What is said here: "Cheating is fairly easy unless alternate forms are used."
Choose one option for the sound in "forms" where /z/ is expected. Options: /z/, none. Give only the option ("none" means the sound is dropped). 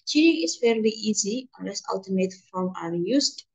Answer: none